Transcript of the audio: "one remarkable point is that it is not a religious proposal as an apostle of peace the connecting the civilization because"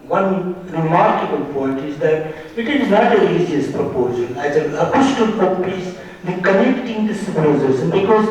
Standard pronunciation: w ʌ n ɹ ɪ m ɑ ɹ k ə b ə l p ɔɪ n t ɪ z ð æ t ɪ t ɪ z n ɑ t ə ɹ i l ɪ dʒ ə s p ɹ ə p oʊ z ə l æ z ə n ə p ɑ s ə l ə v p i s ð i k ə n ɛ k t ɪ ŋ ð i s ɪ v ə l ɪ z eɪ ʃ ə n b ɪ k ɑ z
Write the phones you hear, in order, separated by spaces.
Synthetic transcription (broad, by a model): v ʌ n ɹ ɪ m ɑ ɹ k ə b ə l p ɔɪ n t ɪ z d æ t ɪ t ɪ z n ɑ t ə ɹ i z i ə s p ɹ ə p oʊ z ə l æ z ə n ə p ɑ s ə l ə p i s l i k ə n ɛ k t ɪ ŋ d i s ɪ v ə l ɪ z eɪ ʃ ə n b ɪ k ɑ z